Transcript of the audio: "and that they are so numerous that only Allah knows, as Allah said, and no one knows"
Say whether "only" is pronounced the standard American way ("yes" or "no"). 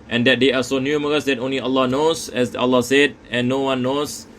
yes